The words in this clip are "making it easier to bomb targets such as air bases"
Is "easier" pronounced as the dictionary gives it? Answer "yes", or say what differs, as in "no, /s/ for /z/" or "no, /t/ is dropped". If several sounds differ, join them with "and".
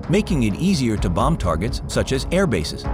yes